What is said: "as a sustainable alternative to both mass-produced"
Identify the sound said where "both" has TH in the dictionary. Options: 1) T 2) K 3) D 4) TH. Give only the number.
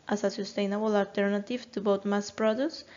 1